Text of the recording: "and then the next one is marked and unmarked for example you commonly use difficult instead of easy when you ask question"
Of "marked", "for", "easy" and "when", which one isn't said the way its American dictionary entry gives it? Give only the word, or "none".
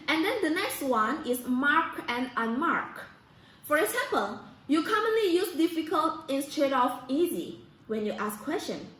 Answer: marked